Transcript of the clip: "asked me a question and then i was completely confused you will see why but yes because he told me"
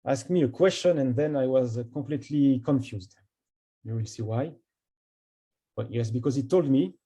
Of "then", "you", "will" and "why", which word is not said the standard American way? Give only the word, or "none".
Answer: none